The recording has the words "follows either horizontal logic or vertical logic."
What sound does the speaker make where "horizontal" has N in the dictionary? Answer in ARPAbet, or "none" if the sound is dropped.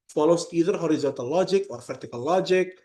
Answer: none